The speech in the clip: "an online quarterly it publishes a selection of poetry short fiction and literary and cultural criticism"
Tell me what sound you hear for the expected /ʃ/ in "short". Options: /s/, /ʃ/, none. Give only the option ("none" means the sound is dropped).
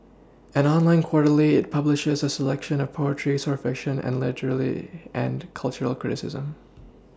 /s/